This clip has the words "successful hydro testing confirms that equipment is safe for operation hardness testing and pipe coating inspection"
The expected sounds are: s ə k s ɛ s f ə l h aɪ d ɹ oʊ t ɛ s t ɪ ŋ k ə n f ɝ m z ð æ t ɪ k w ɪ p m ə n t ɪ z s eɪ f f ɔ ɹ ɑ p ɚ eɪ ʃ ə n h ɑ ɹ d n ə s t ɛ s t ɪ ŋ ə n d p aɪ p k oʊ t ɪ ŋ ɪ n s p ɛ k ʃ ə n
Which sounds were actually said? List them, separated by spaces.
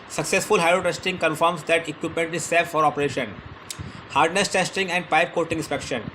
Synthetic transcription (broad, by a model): s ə k s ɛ s f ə l h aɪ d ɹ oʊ t ɛ s t ɪ ŋ k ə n f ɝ m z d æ t ɪ k w ɪ p m ə n t ɪ z s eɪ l f ɔ ɹ ɑ p ɚ eɪ ʃ ə n h ɑ ɹ d n ə s t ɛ s t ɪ ŋ ə n d p aɪ p k oʊ t ɪ ŋ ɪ n s p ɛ k ʃ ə n